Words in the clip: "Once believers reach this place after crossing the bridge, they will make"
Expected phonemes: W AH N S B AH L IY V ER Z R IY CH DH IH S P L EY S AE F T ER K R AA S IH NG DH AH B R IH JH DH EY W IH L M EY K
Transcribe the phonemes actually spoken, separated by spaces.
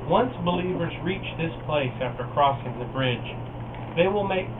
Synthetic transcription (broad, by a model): W AH N S B AH L IY V ER Z R IY CH DH IH S P L EY S AE F T ER K R AA S IH NG DH AH B R IH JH DH EY W IH L M EY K